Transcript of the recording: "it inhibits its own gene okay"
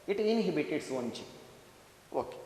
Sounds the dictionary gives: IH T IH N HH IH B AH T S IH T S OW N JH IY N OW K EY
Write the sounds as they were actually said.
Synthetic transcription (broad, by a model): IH T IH N HH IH B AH T IH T S OW N CH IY OW K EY